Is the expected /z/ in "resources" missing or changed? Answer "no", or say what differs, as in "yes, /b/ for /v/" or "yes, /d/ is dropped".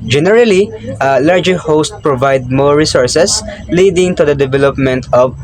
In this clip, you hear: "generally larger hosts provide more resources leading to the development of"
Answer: yes, /s/ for /z/